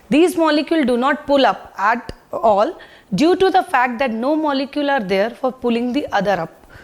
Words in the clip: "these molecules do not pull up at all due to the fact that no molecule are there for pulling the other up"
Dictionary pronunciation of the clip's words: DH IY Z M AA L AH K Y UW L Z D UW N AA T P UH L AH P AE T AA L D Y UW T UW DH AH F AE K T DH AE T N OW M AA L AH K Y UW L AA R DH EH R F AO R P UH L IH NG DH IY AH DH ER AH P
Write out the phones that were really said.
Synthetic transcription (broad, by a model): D IY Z M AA L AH K Y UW L D UW N AA T P UH L AH P AE T AA L D Y UW T UW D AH F AE K T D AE T N OW M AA L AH K Y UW L AA R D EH R F AO R P UH L IH NG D IY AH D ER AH P